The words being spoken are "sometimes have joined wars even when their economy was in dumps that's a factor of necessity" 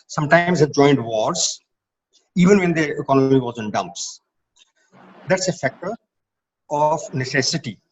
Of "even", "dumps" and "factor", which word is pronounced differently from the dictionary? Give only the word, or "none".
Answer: none